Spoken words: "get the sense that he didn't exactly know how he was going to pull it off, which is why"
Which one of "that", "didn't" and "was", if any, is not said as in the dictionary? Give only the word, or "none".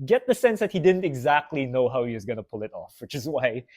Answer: none